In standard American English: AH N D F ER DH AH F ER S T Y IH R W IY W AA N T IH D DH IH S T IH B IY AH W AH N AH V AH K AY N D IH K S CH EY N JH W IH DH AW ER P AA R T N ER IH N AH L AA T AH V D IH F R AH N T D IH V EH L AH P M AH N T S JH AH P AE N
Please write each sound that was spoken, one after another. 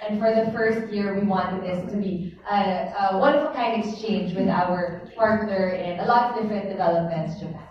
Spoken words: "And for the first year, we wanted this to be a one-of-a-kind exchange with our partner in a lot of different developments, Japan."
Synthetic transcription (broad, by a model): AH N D F ER DH AH F ER S T Y IH R W IY W AA N T IH D DH IH S T IH B IY AH W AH N AH F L K AY N D IH K S CH EY N JH W IH DH AW ER P AA R T N ER IH N AH L AA T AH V D IH F R AH N T D IH V EH L AH P M AH N T S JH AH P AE